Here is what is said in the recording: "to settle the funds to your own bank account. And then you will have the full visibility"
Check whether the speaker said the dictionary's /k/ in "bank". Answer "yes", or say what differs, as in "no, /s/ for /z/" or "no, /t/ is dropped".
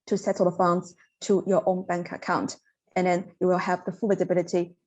yes